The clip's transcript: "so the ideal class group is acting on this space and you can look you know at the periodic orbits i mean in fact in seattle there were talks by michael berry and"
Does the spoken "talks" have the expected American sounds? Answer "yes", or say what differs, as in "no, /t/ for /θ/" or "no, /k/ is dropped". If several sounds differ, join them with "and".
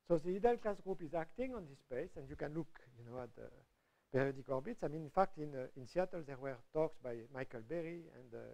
yes